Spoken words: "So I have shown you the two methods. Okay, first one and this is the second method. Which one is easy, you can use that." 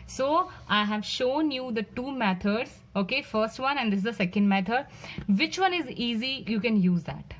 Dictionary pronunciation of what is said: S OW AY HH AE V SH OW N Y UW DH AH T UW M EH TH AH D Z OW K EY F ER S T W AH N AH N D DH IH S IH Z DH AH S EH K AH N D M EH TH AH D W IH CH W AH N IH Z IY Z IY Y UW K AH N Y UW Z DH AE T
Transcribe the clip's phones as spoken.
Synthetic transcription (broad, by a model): S OW AY HH AE V SH OW N Y UW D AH T UW M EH T AH D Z OW K EY F ER S T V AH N AH N D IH S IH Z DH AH S EH K AH N D M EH T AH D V IH CH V AH N IH Z IY Z IY Y UW K AH N Y UW Z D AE T